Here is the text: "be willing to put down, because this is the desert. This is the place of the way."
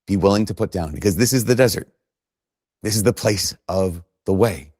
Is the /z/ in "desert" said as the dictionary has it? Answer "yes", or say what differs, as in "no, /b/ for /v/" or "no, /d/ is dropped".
yes